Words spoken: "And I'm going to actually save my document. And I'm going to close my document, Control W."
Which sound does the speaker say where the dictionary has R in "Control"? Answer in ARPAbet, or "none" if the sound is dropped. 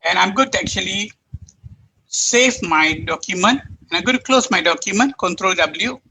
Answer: R